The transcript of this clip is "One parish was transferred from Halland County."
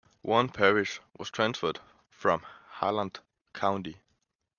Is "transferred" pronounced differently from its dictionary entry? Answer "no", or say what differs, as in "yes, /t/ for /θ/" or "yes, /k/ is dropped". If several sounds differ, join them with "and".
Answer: no